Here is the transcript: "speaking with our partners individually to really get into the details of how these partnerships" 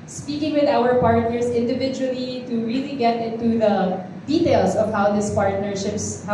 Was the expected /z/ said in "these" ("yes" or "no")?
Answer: no